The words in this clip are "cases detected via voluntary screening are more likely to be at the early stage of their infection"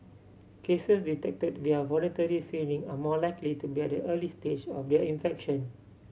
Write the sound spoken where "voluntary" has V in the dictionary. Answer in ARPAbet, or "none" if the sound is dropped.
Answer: V